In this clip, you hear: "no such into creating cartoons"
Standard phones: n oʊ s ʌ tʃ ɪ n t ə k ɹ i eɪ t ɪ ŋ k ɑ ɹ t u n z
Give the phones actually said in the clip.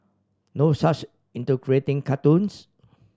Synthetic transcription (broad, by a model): n oʊ s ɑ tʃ ɪ n t ə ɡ ɹ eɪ t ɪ ŋ k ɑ t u n s